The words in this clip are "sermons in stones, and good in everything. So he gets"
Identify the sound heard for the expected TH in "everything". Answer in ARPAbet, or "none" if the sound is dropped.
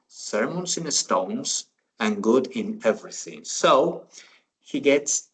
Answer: TH